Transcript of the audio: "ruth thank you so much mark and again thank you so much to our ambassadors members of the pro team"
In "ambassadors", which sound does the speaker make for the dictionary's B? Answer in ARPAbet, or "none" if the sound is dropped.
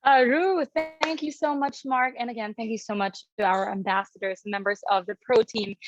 B